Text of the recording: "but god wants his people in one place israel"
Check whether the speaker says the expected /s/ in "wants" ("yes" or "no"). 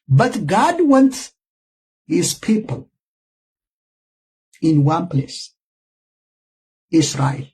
no